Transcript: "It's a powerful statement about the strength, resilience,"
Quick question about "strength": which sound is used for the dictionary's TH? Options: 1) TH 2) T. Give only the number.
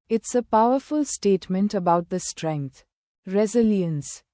2